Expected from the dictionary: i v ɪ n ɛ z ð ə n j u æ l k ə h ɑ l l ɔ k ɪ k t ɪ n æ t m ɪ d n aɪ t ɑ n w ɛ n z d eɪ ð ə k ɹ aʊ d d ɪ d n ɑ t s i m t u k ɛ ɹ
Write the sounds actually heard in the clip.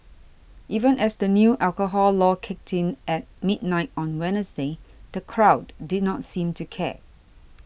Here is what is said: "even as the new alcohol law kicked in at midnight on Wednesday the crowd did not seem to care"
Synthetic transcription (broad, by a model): i v ɪ n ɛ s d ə n j u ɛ l k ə h ɑ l l ɔ k ɪ k t ɪ n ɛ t m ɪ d n aɪ t ɑ n w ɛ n s d eɪ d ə k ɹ aʊ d d ɪ d n ɑ t s i m t u k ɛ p